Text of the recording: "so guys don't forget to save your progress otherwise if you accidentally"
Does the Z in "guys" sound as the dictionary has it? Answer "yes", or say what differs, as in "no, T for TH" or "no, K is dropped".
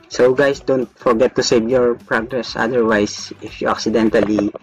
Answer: no, S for Z